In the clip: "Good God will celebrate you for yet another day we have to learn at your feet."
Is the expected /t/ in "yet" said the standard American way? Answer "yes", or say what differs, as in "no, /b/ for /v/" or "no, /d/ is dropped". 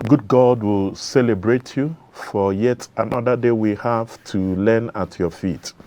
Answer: yes